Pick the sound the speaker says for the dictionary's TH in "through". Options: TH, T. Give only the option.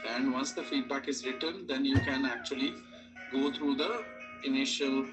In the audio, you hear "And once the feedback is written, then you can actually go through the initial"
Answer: T